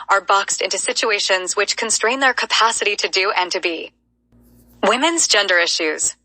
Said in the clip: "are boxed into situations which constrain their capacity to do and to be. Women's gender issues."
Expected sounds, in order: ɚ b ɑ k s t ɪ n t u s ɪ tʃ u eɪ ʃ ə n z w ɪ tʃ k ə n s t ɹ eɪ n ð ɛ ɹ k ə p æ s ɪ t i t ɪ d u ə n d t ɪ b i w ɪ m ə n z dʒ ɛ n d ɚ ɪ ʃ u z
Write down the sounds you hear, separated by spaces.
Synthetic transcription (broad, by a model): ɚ b ɑ k s t ɪ n t u s ɪ tʃ u eɪ ʃ ə n z w ɪ tʃ k ə n s t ɹ eɪ n ð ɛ ɹ k ə p æ s ɪ t i t ɪ d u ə n t ɪ b i w ɪ m ə n z dʒ ɛ n d ɚ ɪ ʃ u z